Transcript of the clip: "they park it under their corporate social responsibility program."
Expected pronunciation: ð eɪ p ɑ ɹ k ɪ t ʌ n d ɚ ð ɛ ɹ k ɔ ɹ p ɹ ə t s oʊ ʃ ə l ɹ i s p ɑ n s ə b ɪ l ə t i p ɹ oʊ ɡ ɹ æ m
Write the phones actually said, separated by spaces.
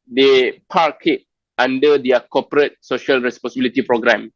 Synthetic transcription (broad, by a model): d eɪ p ɑ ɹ k ɪ t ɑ n d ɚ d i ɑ k ɔ p ɹ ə t s oʊ ʃ ə l ɹ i s p ɑ n s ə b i l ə t i p ɹ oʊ ɡ ɹ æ m